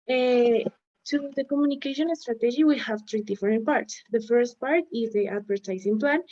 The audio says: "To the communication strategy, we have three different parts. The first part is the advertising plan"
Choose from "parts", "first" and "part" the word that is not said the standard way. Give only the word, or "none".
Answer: none